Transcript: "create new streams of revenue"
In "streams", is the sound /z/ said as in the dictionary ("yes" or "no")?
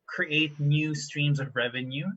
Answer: yes